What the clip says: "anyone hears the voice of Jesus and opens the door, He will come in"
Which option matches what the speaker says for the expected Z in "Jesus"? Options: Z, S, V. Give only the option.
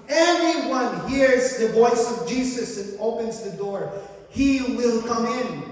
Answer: S